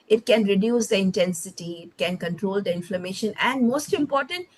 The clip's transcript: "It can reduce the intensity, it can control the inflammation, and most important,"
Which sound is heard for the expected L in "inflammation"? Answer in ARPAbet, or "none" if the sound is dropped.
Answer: L